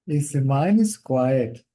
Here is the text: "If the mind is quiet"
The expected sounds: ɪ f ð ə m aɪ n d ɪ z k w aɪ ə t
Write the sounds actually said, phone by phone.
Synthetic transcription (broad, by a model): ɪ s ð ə m aɪ n ɪ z k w aɪ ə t